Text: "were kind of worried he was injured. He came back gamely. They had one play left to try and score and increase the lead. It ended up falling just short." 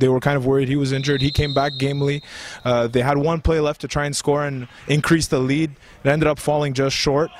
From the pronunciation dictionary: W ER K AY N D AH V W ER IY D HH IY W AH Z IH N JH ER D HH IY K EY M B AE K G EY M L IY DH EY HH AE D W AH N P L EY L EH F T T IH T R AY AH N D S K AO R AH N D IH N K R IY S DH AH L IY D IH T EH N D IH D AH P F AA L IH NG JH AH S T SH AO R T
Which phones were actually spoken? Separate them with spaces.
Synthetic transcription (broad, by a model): W ER K AY N D AH V W ER IY D HH IY W AH Z IH N JH ER D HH IY K EY M B AE K G EY M L IY DH EY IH D W AH N P L EY L EH F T T IH T R AY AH N S K AO R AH N IH N K R IY S DH AH L IY D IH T EH N D IH D AH P F AA L IH NG JH AH S T SH AO R T